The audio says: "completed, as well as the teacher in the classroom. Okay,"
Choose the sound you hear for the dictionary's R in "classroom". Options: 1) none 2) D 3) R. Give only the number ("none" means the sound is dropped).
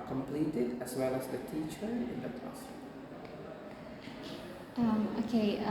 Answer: 1